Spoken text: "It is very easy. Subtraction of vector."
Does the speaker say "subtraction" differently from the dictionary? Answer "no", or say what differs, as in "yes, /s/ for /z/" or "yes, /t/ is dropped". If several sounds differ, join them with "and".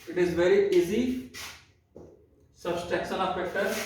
yes, /ɹ/ is dropped and /s/ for /ʃ/